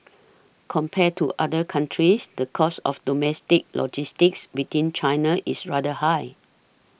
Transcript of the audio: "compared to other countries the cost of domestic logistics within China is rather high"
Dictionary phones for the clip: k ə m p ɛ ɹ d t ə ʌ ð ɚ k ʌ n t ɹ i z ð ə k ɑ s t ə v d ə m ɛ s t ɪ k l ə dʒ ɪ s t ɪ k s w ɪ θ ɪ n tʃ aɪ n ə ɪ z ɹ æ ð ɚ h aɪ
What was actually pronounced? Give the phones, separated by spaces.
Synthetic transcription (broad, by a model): k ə m p ɛ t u t ə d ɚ k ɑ n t ɹ i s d ə k ɑ s ə f d ə m ɛ s t ɪ k l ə dʒ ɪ s t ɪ k s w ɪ t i n tʃ aɪ n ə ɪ s ɹ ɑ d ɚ h aɪ